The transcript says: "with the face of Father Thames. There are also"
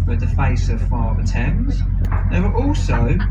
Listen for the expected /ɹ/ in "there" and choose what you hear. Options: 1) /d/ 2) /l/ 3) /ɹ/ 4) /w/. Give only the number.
4